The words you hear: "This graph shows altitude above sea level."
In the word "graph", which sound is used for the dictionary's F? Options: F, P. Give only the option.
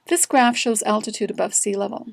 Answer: F